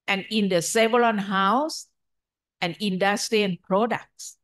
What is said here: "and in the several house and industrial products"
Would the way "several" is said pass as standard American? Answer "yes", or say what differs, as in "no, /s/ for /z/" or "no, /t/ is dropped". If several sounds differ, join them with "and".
no, /l/ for /ɹ/ and /n/ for /l/